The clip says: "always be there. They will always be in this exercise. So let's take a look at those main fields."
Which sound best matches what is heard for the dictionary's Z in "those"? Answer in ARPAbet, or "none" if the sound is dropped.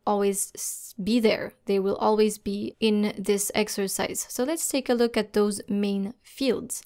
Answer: Z